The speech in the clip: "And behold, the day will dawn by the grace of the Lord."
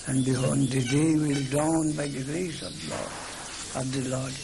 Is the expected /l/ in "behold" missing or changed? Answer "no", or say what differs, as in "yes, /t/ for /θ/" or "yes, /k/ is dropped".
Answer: yes, /n/ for /l/